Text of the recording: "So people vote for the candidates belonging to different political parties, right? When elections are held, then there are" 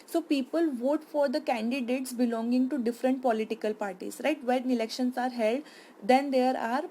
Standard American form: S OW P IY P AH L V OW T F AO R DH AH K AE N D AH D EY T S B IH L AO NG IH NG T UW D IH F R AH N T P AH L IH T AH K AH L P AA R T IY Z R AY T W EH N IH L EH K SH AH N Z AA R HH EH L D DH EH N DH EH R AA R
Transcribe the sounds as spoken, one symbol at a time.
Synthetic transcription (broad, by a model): S OW P IY P AH L V OW T F AO R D AH K AE N D AH D EY T S B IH L AO NG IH NG T UW D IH F R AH N T P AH L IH T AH K AH L P AA R T IY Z R AY T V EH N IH L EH K SH AH N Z AA R HH EH L D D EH N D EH R AA R